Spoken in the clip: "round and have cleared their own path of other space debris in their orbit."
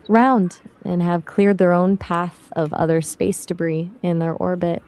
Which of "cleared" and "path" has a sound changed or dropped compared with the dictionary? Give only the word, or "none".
none